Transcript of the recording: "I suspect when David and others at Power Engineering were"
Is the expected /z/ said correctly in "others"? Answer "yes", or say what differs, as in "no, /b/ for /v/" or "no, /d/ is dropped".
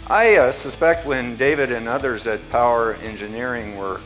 yes